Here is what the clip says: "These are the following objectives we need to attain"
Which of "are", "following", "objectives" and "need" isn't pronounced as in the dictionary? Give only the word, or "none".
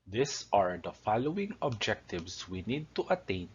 objectives